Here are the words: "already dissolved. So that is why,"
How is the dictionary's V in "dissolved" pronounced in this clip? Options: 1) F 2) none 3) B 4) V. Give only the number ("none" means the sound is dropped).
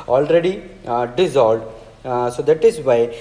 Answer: 2